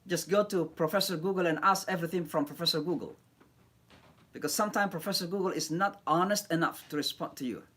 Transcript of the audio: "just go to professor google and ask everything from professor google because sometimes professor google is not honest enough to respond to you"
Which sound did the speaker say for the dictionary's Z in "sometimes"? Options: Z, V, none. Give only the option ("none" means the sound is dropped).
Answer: none